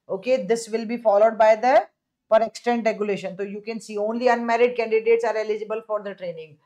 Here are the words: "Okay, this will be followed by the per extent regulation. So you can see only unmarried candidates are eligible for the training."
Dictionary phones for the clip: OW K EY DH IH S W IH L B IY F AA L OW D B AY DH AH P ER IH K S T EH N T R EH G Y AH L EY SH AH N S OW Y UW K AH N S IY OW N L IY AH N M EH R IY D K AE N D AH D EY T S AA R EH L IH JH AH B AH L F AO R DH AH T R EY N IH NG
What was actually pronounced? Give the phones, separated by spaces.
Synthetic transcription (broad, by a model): OW K EY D IH S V IH L B IY F AA L OW D B AY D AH P ER IH K S T EH N T R EH G Y AH L EY SH AH N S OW Y UW K AH N S IY OW N L IY AH N M EH R IY D K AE N D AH D EY T S AA R EH L IH JH AH B AH L F AO R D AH T R EY N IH NG